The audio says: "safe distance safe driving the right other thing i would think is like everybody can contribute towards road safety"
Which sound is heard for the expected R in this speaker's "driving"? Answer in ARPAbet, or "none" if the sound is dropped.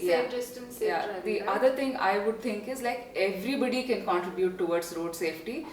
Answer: none